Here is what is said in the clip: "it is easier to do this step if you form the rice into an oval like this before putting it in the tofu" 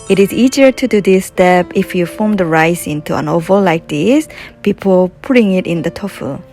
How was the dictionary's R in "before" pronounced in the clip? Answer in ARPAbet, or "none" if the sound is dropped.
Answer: L